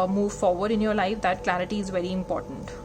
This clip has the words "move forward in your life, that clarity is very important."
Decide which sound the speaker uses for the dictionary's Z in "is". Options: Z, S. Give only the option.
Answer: Z